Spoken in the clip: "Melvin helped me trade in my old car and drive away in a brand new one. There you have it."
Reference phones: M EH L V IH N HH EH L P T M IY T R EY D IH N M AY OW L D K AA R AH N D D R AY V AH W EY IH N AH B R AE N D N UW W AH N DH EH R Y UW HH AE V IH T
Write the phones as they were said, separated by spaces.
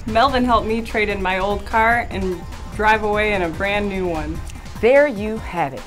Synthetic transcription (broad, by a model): M EH L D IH N HH EH L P M IY T R EY D IH N M AY OW L D K AA R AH N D D R AY V AH W EY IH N AH B R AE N N UW W AH N DH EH R Y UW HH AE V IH T